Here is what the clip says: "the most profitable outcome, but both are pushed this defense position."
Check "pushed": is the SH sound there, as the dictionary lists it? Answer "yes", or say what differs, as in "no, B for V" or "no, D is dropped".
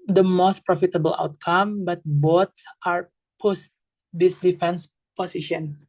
no, S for SH